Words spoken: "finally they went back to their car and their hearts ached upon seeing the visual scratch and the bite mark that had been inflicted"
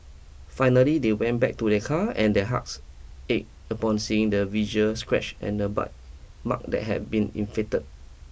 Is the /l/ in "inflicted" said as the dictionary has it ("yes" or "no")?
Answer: no